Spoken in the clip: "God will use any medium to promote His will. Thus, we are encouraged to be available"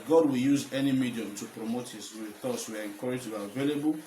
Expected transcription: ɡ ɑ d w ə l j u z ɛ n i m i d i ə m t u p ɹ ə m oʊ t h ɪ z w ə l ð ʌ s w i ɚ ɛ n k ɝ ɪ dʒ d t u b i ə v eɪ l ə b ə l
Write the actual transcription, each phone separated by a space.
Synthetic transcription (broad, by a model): ɡ ɑ d w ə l j u z ɛ n i m i d i ə m t u p ɹ ə m oʊ t h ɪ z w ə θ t s w i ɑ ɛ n k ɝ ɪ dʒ t u b i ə v eɪ l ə b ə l